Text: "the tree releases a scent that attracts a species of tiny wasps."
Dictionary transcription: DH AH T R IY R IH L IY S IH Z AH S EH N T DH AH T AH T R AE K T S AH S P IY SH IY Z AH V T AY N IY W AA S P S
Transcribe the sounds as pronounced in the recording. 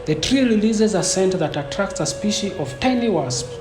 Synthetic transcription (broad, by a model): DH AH T R IY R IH L IY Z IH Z AH S EH N T DH AH T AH T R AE K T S AH S P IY SH IY AH V T AY N IY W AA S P